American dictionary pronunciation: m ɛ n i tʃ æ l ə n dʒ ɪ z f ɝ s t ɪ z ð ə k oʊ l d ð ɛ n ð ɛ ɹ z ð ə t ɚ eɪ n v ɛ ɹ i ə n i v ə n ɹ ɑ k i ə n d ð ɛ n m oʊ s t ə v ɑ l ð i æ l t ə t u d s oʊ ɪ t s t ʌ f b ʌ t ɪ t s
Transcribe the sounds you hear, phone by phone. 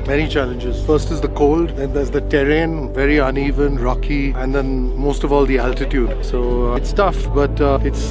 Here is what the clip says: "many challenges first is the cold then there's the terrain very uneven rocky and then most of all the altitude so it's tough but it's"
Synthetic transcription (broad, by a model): m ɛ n i tʃ æ l ə n dʒ ɪ z f ɝ s t ɪ z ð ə k oʊ l d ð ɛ n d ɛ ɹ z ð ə t ɚ eɪ n v ɛ ɹ i ə n i v ə n ɹ ɑ k i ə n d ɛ n m oʊ s t ə v ɑ l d i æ l t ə t u d s oʊ ɪ t s t ʌ f b ʌ t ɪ t s